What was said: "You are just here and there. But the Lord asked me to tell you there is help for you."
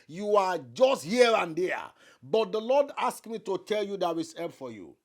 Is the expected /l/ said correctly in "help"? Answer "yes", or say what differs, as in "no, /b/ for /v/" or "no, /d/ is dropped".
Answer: no, /l/ is dropped